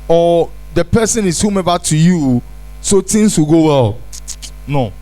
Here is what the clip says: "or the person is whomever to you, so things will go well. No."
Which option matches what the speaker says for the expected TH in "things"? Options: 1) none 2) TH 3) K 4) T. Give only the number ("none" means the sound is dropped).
4